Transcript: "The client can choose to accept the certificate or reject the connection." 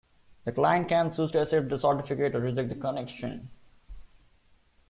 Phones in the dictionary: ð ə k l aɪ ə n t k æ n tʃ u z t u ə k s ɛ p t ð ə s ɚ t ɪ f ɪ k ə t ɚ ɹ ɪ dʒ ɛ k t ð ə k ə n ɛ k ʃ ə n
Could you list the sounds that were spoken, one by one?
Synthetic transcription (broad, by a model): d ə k l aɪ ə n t k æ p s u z t u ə s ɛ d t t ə s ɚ t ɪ f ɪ k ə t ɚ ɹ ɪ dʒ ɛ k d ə k ə n ɛ k ʃ ə n